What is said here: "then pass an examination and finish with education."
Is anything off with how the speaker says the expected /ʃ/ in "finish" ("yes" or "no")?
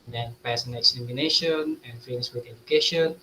yes